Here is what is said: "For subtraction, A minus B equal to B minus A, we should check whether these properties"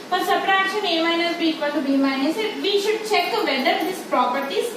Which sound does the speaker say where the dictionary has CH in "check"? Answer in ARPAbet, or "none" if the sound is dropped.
CH